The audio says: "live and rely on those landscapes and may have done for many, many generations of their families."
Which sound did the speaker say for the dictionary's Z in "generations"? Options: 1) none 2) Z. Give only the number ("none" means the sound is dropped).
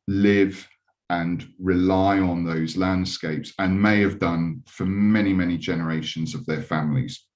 2